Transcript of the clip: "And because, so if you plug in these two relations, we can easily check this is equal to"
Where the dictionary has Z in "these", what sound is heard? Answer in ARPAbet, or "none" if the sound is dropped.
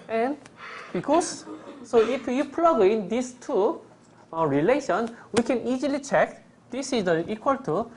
S